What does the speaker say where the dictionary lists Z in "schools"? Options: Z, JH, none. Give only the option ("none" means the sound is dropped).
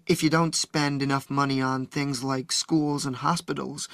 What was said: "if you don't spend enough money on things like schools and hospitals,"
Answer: Z